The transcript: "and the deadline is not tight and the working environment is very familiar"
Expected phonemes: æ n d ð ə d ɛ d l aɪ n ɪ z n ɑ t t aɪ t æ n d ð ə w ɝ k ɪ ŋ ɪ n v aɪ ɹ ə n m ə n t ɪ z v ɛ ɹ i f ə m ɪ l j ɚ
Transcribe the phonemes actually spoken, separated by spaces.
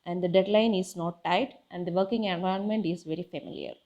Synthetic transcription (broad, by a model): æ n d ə d ɛ d l aɪ n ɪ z n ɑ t t aɪ t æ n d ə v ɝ k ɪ ŋ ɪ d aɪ ə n m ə n t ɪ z v ɛ ɹ i f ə m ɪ l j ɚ